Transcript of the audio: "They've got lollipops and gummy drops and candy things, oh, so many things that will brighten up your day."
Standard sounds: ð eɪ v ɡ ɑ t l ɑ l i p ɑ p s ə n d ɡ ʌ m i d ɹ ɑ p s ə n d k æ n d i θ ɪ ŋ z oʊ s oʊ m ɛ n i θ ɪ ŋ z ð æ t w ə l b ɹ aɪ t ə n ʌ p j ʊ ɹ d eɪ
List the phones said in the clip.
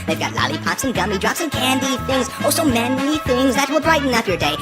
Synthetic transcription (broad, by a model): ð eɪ v ɡ ɑ t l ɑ l i p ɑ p s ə n ɡ ʌ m i d ɹ ɑ p s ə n k æ n d i θ ɪ ŋ z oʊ s oʊ m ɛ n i θ ɪ ŋ z ð æ t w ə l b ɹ aɪ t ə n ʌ f j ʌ ɹ d eɪ